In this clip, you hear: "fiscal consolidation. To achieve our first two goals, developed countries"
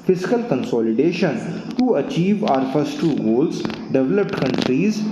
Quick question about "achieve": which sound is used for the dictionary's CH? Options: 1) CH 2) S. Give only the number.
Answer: 1